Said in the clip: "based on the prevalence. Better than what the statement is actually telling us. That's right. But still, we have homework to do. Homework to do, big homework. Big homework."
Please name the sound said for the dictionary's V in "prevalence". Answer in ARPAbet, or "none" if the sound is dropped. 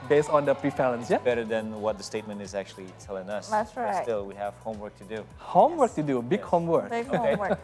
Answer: F